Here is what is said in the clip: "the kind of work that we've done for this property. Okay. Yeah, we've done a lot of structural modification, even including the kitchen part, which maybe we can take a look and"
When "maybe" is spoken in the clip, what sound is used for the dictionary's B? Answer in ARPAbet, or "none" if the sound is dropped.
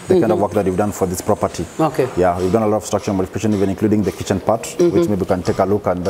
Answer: none